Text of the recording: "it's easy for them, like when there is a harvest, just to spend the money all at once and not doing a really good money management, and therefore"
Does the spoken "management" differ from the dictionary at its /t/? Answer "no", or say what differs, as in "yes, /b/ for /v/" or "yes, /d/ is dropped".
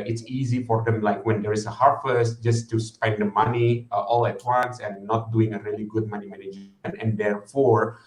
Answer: yes, /t/ is dropped